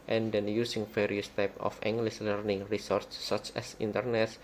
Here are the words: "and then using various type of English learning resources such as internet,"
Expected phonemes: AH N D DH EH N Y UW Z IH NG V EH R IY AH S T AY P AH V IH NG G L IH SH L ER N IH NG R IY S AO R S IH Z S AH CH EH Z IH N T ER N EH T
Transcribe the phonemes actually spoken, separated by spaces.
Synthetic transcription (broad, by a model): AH N D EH N Y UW S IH NG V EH R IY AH S T AY P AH F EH NG G L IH S L ER N IH NG R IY S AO R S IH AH CH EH S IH N T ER N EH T